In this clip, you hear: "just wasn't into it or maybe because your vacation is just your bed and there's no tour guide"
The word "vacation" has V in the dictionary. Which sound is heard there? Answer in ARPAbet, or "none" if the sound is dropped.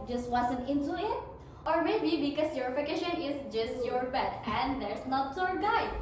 F